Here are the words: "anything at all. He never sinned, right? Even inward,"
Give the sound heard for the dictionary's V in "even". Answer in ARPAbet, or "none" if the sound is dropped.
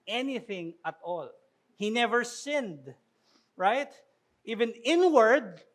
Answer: V